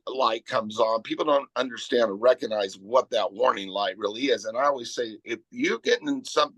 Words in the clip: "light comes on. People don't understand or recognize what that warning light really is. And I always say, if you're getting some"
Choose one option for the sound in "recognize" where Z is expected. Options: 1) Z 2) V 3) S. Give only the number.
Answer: 1